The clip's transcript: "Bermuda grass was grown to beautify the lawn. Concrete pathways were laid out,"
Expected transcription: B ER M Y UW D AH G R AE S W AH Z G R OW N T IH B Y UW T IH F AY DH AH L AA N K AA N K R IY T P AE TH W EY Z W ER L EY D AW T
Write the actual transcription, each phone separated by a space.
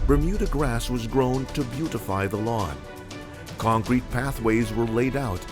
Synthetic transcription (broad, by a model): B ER M Y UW D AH G R AE S W AH Z G R OW N T IH B Y UW T IH F AY DH AH L AA N K AA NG K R IY T P AE TH W EY Z W ER L EY D AW T